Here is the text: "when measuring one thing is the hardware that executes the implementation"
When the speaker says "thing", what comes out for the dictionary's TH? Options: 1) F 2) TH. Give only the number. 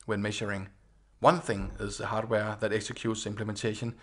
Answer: 2